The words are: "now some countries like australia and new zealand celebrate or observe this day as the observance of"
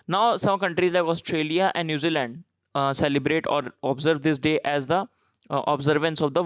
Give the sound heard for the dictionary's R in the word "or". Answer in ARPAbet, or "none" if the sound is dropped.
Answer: R